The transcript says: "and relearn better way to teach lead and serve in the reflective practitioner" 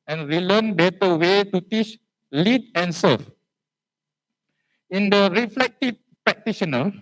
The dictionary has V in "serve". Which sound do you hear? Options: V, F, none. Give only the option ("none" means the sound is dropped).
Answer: F